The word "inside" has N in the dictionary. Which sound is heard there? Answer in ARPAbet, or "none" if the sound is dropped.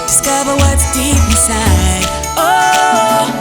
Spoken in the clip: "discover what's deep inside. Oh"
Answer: none